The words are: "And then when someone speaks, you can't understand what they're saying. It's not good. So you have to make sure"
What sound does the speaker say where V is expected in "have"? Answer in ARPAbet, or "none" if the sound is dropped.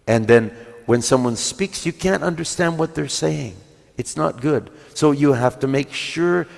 F